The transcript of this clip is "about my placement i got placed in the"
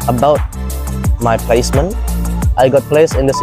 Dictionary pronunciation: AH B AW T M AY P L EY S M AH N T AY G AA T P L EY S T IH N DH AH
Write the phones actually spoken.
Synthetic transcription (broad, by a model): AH B AW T M AY P L EY S M AH N T AY G AA T P L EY S IH N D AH